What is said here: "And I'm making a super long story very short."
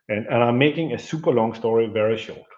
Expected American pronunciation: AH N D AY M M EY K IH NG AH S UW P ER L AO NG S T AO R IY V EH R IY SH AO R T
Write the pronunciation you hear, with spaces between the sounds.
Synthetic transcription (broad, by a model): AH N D AY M M EY K IH NG AH S UW P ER L AO NG S T AO R IY V EH R IY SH AO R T